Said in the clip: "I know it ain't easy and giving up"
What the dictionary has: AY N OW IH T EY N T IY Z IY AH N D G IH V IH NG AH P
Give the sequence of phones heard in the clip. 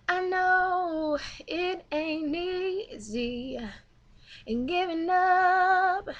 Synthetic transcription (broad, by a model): AY N OW IH T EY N IY Z IY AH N G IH V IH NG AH P